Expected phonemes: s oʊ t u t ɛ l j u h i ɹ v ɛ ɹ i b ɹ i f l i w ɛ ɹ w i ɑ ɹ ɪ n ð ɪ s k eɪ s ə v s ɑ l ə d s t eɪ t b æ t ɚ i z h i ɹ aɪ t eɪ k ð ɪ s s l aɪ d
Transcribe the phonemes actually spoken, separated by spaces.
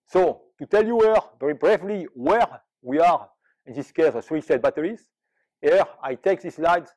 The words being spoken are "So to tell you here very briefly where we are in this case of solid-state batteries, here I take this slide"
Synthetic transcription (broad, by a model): s oʊ t u t ɛ l j u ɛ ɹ v ɛ ɹ i b ɹ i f l i w ɛ ɹ w i ɑ ɹ ɪ n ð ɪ s k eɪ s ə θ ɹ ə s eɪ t b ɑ t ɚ i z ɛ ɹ aɪ t eɪ k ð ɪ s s l aɪ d